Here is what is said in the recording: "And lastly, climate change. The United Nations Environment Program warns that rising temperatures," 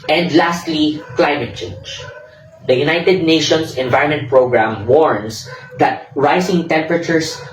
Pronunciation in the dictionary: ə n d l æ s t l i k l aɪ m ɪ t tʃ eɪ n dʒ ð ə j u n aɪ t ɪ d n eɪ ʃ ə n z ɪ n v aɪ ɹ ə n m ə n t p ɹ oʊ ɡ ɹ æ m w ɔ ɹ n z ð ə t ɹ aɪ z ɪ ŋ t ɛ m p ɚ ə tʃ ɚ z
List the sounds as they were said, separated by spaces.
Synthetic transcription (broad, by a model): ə n d l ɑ s t l i k l aɪ m ɪ t tʃ eɪ n dʒ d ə j u n aɪ t ɪ d n eɪ ʃ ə n s ɪ n v aɪ ɹ ə n m ə n t p ɹ oʊ ɡ ɹ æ m w ɔ ɹ n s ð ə t ɹ aɪ s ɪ ŋ t ɛ m p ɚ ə tʃ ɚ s